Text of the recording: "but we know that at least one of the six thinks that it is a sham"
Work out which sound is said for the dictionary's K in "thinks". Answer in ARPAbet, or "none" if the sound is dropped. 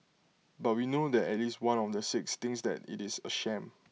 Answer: none